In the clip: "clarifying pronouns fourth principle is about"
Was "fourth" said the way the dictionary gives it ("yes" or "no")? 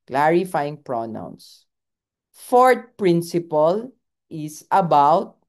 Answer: no